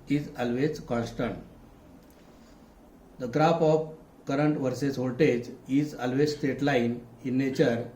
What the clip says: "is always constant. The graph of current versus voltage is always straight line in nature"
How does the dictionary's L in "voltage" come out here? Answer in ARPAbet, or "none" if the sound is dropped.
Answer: none